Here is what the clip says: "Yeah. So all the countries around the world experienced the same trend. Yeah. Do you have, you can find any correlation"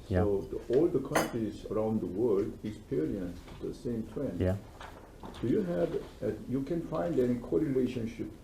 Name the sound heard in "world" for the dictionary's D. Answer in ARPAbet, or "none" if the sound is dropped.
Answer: D